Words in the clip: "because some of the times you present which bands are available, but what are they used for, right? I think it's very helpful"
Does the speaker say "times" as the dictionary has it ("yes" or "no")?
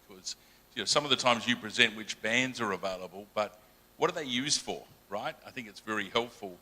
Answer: yes